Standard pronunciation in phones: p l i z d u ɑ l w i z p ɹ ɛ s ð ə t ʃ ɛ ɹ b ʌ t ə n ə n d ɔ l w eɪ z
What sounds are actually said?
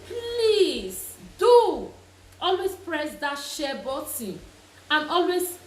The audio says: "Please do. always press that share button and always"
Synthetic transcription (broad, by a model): p l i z d u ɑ l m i s p ɹ ɛ s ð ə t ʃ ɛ b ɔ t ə ə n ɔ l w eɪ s